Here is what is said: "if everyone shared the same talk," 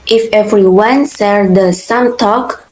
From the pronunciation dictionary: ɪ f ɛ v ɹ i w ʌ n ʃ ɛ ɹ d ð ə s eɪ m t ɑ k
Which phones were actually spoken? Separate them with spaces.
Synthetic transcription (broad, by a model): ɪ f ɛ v ɹ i w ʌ n s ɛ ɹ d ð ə s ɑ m t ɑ k